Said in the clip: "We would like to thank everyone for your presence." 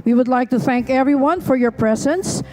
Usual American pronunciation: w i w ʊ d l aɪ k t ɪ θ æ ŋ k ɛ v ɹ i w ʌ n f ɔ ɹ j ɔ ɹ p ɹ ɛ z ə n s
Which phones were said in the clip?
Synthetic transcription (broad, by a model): w i w ʊ d l aɪ k t ɪ θ æ ŋ k ɛ v ɹ i w ʌ n f ɔ ɹ j ɔ ɹ p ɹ ɛ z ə n s